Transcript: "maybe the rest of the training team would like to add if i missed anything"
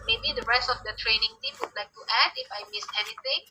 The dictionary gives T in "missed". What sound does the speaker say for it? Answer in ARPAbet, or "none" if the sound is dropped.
none